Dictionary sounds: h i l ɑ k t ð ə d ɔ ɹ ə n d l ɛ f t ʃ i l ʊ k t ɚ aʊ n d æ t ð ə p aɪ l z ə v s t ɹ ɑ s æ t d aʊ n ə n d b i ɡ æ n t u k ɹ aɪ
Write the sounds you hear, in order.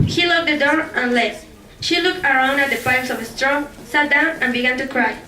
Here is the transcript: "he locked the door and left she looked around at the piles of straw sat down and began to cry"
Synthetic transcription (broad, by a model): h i l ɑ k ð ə d ɔ ɹ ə n l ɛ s ʃ i l ʊ k t ɚ aʊ n d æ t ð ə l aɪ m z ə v s t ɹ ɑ s æ t d aʊ n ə n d b i ɡ æ n t u k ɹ aɪ